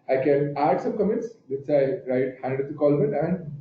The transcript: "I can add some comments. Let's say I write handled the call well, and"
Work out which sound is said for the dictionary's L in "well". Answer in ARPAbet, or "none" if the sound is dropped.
N